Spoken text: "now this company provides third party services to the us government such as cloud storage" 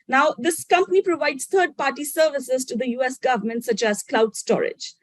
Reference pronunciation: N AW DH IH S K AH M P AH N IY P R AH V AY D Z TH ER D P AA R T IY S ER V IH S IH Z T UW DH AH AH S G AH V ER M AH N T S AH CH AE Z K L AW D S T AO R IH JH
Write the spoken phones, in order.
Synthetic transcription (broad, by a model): N AW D IH S K AH M P AH N IY P R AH V AY D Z T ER D P AA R T IY S ER V IH S IH Z T UW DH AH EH S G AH V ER M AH N T S AH CH AE Z K L AW D S T AO R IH JH